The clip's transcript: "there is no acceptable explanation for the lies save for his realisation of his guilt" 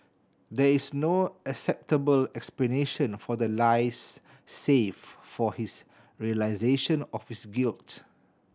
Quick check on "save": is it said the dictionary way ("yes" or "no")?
no